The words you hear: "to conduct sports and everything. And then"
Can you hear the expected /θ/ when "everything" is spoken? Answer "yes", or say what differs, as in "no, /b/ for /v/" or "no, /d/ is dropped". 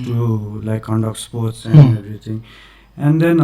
no, /t/ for /θ/